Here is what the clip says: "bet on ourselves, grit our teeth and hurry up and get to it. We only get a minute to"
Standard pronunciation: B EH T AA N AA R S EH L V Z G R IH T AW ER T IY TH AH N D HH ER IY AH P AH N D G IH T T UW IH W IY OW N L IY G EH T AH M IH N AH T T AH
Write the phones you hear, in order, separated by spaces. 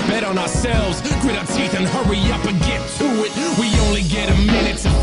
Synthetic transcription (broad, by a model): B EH T N AA R S EH L V Z G R IH T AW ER T IY TH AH N HH ER IY AH P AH G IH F T UW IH W IY OW N L IY G EH T AH M IH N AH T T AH